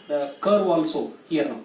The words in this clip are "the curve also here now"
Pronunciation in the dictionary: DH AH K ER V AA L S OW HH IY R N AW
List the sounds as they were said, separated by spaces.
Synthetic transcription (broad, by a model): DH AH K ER W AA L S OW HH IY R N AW